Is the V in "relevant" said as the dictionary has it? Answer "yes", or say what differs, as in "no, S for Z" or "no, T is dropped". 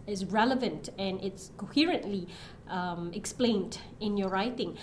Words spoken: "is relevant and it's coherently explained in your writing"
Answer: yes